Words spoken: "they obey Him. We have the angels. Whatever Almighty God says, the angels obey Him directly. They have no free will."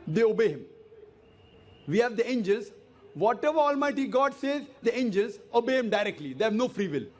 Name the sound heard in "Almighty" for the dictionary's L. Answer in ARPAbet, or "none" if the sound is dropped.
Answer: L